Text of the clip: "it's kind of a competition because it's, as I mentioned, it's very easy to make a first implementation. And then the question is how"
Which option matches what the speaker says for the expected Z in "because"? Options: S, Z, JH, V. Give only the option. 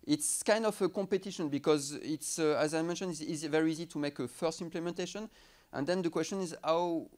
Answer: Z